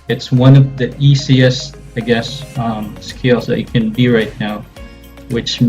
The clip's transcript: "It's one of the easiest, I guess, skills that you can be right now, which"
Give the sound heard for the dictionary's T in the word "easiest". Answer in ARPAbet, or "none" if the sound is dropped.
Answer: none